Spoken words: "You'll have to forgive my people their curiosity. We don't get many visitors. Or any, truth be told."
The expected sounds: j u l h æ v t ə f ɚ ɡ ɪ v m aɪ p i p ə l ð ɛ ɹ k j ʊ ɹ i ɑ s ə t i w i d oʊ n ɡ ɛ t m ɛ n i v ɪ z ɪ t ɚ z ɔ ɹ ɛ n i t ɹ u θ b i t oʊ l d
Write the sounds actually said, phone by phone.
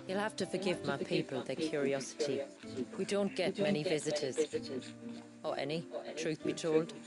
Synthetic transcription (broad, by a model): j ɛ l h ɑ f t ə f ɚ ɡ ɪ v m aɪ p i p ə l ð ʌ k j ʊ ɹ i ɑ s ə t i w i d oʊ n ɡ ɛ t m ɛ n i v ɪ z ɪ t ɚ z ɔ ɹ ɛ n i t ɹ u θ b i t oʊ l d